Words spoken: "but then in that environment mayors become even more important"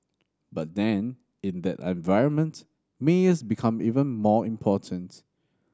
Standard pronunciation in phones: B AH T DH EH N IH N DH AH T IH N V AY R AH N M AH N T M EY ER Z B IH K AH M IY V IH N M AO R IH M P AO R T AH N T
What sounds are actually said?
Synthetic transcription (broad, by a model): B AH T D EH N IH N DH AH T IH N V AY R AH N M AH N T M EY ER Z B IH K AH M IY V IH N M AO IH M P AO T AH N T